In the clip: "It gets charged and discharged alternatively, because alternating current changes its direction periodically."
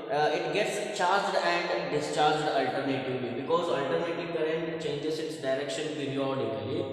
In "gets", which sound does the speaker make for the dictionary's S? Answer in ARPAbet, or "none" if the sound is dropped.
S